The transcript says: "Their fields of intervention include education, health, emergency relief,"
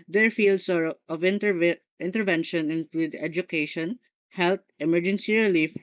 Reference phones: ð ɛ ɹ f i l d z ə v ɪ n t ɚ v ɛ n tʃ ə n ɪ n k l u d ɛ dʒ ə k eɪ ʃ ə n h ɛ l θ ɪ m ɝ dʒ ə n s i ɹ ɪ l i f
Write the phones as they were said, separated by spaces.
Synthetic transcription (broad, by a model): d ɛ ɹ f i l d s ə v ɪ n t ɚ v ɛ n ʃ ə n ɪ n k l u d ɛ dʒ ə k eɪ ʃ ə n h ɛ l t ɪ m ɝ dʒ ə n s i ɹ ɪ l i f